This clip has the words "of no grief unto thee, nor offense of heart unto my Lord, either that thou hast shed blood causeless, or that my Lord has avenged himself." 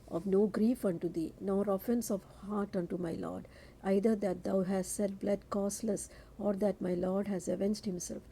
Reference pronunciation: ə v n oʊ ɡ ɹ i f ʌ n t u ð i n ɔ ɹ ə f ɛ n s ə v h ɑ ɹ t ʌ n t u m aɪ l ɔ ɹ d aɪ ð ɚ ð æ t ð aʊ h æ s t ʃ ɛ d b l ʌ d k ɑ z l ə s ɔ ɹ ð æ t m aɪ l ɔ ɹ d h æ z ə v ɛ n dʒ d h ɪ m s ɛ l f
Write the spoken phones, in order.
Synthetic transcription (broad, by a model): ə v n oʊ ɡ ɹ i f ʌ n t u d i n ɔ ɹ ə f ɛ n s ə v h ɑ ɹ t ʌ n t u m aɪ l ɔ ɹ d aɪ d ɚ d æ t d aʊ h æ s t s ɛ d b l ʌ d k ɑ s l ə s ɔ ɹ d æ t m aɪ l ɔ ɹ d h æ z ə v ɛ n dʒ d h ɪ m s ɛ l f